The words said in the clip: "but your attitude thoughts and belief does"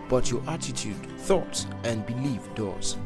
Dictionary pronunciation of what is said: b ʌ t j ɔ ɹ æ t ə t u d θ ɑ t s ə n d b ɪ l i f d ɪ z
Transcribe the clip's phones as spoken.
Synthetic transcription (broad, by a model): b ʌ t j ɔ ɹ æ t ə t u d θ ɑ t s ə n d b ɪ l i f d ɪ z